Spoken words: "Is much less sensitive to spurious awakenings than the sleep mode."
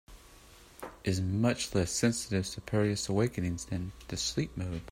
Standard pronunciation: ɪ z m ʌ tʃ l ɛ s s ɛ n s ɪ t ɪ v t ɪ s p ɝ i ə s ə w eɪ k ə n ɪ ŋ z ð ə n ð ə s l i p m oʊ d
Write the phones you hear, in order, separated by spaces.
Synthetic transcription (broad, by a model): ɪ z m ʌ tʃ l ɛ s s ɛ n s ɪ t ɪ v s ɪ p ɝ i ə s ə w eɪ k ə n ɪ ŋ z ð ə n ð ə s l i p m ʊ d